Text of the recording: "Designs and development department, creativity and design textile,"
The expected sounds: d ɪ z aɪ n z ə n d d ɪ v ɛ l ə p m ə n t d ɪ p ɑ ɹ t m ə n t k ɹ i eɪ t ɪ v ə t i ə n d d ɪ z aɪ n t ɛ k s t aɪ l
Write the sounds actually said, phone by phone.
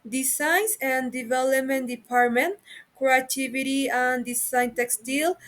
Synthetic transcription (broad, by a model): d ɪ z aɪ n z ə n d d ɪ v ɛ l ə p m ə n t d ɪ p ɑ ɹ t m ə n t k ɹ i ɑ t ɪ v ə t i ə n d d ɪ s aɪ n t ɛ k s t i l